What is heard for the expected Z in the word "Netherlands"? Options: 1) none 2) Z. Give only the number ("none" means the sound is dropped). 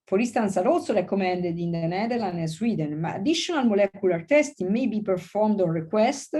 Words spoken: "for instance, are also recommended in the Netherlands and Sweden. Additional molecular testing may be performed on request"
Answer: 1